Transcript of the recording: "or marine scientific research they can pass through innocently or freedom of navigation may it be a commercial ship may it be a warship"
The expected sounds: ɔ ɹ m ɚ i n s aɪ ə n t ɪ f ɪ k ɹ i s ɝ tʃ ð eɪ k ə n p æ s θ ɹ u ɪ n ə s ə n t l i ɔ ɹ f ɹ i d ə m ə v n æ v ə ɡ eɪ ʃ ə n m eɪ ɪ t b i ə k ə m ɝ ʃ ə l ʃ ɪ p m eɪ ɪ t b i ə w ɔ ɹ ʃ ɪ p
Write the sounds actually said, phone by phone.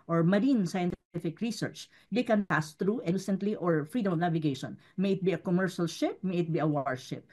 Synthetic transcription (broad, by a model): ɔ ɹ m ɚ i n s aɪ ə n t ɪ f ɪ k ɹ i s ɝ tʃ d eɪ k ə n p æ s t ɹ u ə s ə n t l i ɔ ɹ f ɹ i d ə m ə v n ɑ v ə ɡ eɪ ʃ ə n m eɪ ɪ t b i ə k ə m ɝ ʃ ə l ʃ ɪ p m eɪ ɪ t b i ə w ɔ ɹ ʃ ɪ p